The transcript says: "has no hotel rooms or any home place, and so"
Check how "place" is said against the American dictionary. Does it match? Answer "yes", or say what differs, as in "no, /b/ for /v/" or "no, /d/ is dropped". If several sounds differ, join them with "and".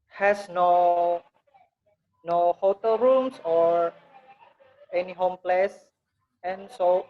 yes